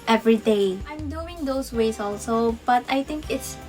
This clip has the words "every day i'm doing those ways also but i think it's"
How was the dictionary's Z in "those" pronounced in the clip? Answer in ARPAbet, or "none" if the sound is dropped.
S